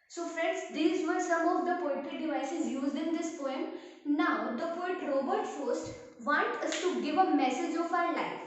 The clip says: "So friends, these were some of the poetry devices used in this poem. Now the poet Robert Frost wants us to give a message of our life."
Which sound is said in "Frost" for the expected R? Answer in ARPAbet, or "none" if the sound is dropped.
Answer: none